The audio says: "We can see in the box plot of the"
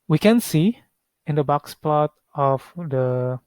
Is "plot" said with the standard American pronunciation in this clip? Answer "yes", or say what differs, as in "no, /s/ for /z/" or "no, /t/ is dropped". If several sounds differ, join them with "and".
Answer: yes